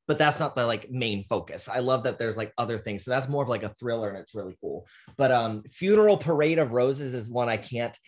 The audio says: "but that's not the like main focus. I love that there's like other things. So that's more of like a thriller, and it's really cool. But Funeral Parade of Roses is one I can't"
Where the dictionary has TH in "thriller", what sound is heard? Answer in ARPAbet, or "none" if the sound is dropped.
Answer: TH